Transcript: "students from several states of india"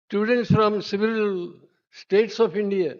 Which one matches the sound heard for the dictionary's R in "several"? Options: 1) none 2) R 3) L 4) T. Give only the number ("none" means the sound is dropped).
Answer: 1